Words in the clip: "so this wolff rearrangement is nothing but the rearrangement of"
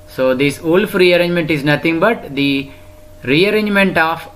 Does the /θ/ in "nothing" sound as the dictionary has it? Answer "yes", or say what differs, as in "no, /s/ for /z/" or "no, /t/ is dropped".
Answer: no, /t/ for /θ/